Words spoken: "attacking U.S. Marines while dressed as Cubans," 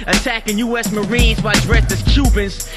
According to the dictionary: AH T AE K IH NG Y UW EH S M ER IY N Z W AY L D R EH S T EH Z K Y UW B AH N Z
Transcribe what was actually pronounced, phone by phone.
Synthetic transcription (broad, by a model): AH T AE K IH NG Y UW EH S M ER IY N Z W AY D R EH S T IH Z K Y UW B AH N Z